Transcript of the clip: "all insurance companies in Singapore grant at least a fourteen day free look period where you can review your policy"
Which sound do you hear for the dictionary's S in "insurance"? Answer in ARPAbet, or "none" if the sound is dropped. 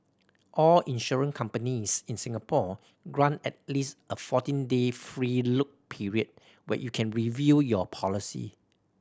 none